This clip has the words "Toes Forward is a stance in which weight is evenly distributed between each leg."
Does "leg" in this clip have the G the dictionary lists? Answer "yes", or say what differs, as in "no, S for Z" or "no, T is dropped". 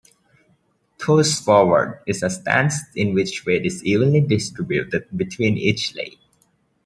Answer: no, G is dropped